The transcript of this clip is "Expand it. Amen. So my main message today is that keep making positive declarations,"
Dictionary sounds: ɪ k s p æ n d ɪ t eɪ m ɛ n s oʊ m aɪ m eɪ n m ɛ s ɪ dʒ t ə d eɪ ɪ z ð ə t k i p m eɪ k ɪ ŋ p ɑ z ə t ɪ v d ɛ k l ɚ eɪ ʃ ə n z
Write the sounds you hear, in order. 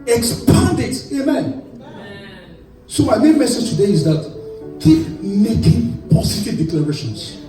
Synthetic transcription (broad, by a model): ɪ k s p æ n d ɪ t eɪ m ɛ n s oʊ m aɪ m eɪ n m ɛ s ɪ dʒ t ə d eɪ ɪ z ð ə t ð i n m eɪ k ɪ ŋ p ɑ s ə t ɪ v d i k l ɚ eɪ ʃ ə n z